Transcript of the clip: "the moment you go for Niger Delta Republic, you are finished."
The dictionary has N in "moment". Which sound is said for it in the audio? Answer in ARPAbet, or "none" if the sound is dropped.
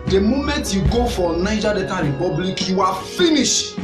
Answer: N